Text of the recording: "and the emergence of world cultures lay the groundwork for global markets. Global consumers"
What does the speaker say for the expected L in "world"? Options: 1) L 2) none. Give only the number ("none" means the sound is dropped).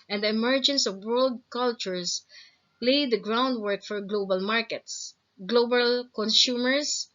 1